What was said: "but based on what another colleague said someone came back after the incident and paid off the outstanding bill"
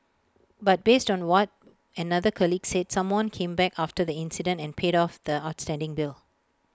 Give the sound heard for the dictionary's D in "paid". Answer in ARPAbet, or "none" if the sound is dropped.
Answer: D